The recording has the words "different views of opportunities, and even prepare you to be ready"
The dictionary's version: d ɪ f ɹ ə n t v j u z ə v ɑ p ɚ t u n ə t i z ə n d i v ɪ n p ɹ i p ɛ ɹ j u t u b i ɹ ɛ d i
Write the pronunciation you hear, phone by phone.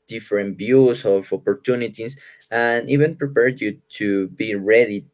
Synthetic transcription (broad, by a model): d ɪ f ɹ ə n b j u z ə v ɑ p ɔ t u n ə t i s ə n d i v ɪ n p ɹ i p ɛ ɹ j u t u b i ɹ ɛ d i